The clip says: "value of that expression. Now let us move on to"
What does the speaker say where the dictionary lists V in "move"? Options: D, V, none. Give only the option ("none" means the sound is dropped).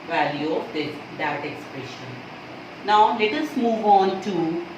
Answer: V